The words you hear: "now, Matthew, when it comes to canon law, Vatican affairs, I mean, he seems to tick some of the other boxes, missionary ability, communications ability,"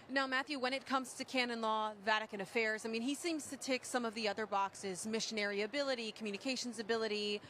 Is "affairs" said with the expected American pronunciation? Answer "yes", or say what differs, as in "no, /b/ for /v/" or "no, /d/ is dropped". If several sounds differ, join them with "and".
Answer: yes